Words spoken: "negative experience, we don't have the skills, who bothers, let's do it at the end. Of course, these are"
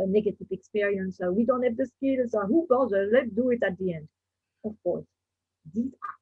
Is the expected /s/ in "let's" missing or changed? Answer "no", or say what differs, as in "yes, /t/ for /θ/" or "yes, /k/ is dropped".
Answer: yes, /s/ is dropped